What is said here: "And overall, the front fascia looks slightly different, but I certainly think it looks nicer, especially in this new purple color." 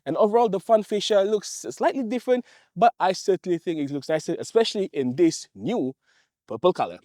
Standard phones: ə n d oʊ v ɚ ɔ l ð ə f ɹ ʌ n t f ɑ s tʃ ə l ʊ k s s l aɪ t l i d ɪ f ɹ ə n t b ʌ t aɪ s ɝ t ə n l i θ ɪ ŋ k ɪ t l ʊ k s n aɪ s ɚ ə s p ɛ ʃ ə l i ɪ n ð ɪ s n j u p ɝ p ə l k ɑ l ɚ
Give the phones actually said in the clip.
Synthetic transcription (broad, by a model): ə n oʊ v ɚ ɔ l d ə f ʌ n f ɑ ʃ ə l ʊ k s s l aɪ t l i d ɪ f ɹ ə n t b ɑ t aɪ s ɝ t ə n l i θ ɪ ŋ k ɪ t l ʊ k s n aɪ s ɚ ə s p ɛ ʃ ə l i ɪ n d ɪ s n j u p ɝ p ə l k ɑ l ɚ